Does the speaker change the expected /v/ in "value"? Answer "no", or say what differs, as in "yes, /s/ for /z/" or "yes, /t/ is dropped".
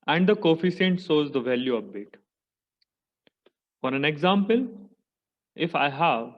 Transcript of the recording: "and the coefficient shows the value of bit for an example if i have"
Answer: no